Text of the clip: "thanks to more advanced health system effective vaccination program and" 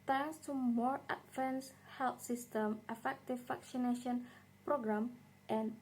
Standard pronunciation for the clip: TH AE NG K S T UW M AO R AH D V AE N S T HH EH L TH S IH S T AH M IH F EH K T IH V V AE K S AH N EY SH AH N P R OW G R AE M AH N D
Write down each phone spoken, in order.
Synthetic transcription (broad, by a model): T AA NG S T UW M AO R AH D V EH N S HH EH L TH S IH S T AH M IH F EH K T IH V F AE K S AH N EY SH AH N P R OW G R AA M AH N